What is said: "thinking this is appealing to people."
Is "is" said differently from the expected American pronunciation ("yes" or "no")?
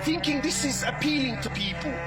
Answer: no